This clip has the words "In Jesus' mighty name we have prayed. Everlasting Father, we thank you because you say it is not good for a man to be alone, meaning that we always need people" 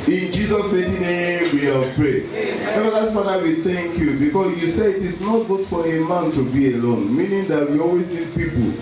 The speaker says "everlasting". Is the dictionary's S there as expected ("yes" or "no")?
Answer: no